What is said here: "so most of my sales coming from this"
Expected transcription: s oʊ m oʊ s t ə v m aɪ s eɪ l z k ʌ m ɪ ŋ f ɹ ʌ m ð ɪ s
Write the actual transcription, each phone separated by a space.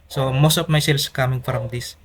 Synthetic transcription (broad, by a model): s oʊ m oʊ s t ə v m aɪ s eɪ l s k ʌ m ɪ ŋ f ɹ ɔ m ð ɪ s